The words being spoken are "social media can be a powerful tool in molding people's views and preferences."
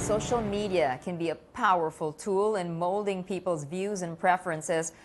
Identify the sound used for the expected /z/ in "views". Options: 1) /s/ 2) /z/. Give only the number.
2